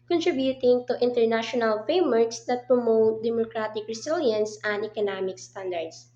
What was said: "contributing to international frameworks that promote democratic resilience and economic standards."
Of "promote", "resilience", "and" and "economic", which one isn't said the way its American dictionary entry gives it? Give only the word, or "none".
resilience